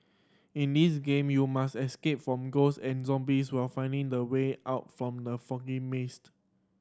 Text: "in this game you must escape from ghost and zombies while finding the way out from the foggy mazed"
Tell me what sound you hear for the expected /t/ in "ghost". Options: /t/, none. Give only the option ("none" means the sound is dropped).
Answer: none